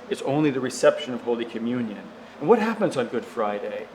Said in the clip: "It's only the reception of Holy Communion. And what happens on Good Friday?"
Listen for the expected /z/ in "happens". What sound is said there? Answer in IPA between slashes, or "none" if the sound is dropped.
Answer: /z/